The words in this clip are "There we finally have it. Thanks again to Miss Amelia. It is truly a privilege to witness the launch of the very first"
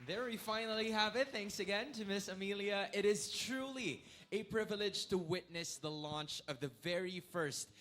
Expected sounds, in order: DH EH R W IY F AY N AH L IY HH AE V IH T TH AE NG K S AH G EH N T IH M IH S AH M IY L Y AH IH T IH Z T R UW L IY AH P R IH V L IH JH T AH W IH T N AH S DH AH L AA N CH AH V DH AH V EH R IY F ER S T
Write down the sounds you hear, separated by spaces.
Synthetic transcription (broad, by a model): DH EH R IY F AY N L IY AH V IH T TH AE NG K S AH G EH N T IH M IH S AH M IY L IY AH IH T IH Z T R UW L IY AH P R IH V L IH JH T AH W IH T N AH S DH AH L AA N CH AH V DH AH V EH R IY F ER S T